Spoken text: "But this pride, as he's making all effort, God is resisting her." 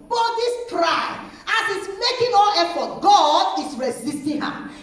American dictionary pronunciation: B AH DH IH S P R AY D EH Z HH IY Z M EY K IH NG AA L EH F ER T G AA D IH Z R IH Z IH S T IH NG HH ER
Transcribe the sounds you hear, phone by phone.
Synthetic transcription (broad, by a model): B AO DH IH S P R AY D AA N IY S M EY K IH NG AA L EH F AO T G AA D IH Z R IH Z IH S T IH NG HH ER